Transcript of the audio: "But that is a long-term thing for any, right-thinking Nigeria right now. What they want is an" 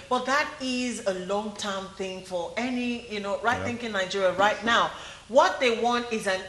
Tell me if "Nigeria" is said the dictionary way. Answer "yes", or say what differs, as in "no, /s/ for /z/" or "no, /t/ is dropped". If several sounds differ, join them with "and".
yes